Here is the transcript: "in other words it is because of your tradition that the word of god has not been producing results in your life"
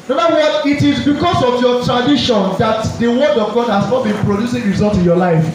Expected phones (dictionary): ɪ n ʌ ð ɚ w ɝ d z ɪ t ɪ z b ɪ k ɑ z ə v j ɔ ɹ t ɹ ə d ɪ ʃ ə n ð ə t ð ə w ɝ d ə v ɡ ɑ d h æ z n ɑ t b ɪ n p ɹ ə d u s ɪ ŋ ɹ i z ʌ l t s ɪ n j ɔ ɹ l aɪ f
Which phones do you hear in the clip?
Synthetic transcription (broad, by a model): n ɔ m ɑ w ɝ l ɪ t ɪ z b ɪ k ɑ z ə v j ɔ t ɹ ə d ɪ ʃ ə n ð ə t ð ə w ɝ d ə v ɡ ɑ d h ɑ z n ɑ t b ɪ n p ɹ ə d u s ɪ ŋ ɹ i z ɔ l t ɪ n j ɔ l aɪ f